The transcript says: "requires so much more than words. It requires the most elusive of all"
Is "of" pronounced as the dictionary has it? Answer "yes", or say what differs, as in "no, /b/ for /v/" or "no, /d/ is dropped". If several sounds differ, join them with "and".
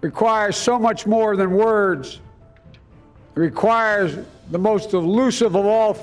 yes